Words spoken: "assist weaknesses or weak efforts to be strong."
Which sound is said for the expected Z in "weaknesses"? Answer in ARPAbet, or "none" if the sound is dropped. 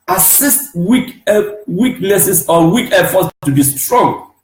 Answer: S